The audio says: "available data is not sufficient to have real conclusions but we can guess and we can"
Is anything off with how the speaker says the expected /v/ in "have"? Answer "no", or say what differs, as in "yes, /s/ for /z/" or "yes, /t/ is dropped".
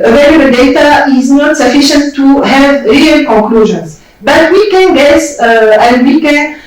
no